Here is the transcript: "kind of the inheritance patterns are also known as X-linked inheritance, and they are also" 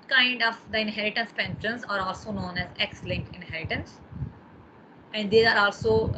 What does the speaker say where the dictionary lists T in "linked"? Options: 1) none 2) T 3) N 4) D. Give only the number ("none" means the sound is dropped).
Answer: 1